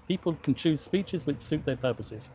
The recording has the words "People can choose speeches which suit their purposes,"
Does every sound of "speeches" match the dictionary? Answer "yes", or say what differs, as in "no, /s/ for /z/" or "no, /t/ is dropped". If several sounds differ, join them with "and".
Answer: yes